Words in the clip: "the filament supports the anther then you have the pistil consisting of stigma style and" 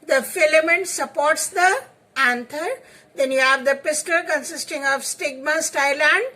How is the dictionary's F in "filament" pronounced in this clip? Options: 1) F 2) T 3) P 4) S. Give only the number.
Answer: 1